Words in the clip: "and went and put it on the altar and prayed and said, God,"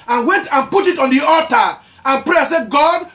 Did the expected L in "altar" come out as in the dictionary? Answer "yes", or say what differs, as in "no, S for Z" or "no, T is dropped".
no, L is dropped